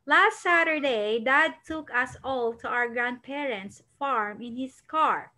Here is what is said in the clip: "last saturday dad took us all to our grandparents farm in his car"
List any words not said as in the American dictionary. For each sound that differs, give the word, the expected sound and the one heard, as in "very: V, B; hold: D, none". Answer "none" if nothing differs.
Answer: his: Z, S